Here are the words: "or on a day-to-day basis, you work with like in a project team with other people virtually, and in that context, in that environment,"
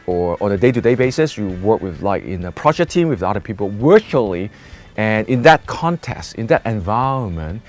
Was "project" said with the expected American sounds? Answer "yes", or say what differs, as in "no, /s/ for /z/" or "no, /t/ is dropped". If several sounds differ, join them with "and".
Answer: no, /ʃ/ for /dʒ/